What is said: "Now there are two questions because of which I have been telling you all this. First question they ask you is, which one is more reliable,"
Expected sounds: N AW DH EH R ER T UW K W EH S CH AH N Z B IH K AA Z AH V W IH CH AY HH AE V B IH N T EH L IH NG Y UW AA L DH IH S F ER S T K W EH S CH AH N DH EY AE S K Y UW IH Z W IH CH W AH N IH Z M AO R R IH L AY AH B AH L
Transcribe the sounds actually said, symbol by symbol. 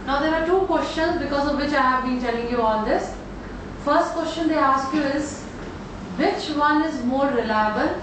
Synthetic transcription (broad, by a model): N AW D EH R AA T UW K W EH S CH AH N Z B IH K AA Z AH V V IH CH AY HH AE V B IH N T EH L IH NG Y UW AA L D IH S F ER S T K W EH S CH AH N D EY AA S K Y UW IH Z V IH CH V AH N IH Z M AO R R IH L AY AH B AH L